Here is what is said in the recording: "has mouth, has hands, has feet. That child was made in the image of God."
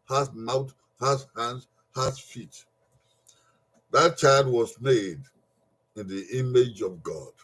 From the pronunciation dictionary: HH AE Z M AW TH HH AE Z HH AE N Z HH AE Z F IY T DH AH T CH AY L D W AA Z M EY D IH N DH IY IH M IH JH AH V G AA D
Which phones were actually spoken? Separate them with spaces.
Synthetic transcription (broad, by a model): HH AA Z M AW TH HH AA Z HH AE N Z HH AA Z F IY T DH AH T CH AY L D W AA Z M EY D IH N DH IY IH M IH JH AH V G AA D